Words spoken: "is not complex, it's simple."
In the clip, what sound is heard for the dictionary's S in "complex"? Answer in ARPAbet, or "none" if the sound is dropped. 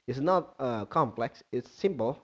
S